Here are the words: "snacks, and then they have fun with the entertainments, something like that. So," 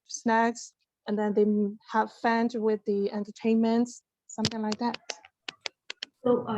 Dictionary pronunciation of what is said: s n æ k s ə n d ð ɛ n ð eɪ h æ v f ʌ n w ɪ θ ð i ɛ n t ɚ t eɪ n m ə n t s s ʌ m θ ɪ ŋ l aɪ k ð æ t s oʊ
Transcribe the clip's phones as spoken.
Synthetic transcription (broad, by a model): s n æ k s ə n ð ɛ n ð eɪ h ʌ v f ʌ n w ɪ ð i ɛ n t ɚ t eɪ n m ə n t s s ʌ m θ ɪ ŋ l aɪ k ð æ t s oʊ